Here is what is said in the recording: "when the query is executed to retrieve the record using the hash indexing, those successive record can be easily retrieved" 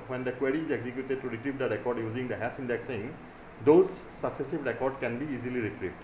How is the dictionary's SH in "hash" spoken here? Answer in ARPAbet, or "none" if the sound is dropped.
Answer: S